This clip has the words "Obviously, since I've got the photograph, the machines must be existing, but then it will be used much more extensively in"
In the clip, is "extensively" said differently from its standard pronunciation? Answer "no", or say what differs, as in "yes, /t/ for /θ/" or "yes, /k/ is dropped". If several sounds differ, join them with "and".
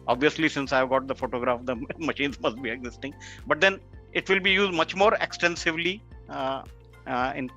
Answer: no